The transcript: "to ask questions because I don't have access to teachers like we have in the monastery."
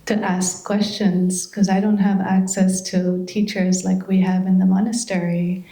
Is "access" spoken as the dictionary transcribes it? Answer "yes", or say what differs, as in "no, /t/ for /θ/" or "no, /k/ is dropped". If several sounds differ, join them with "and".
yes